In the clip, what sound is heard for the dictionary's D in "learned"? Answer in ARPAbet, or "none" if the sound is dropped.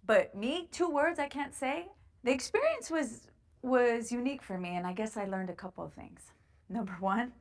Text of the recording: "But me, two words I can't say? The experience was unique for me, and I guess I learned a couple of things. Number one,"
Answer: D